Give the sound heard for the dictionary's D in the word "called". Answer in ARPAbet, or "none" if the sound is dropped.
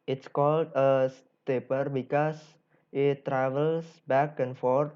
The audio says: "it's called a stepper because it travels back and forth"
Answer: D